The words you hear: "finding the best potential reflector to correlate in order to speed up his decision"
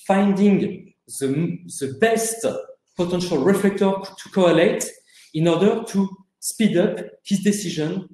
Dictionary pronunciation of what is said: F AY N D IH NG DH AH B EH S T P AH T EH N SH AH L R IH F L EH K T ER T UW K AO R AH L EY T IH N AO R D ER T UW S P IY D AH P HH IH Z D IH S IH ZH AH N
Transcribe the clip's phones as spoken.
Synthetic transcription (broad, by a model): F AY N D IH NG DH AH B EH S T P AH T EH N SH AH L R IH F L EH K T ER T UW K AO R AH L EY T IH N AO R D ER T UW S P IY D AH P HH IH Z D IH S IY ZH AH N